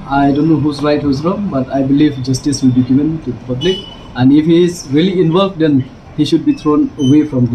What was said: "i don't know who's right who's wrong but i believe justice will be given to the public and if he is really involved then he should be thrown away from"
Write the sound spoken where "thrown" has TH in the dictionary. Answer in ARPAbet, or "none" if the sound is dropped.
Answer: T